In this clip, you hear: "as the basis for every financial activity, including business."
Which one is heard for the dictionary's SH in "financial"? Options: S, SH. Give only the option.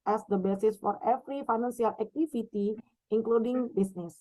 S